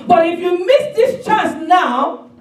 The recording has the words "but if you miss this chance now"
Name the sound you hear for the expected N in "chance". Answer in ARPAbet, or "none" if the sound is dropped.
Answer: none